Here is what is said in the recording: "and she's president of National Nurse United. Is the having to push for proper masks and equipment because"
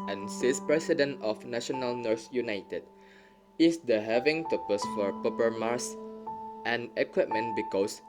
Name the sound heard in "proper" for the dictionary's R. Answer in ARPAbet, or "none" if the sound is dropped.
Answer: none